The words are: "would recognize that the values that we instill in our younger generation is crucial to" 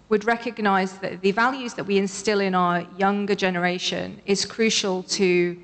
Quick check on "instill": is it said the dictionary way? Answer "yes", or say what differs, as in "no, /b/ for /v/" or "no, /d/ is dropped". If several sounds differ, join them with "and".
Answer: yes